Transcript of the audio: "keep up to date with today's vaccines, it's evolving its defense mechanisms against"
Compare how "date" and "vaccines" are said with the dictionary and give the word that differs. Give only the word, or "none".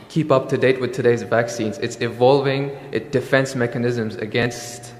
none